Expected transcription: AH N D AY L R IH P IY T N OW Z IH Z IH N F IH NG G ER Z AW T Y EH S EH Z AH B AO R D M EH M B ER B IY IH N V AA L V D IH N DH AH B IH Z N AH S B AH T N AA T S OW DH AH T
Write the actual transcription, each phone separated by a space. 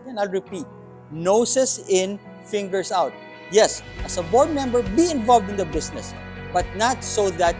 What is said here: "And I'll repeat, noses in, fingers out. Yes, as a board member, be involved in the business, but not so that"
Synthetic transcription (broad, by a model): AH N AY L R IH P IY T N OW S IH S IH N F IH NG G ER S AW T Y EH S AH S AH B AO R D M EH M B ER B IY IH N V AA L V D IH N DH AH B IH S N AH S B AH T N AA T S OW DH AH T